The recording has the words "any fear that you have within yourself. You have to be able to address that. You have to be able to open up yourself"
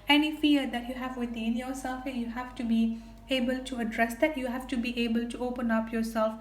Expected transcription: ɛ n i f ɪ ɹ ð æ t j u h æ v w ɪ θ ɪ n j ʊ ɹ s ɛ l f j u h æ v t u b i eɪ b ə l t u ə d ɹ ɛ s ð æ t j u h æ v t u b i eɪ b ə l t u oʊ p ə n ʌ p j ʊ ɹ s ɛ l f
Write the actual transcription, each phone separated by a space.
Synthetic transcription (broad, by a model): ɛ n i f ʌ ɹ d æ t j u h æ v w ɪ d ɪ n j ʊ ɹ s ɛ l f j u h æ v t u b i eɪ b ə l t u ə d ɹ ɛ s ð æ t j u h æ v t u b i eɪ b ə l t u oʊ p ə n ʌ p j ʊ ɹ s ɛ l f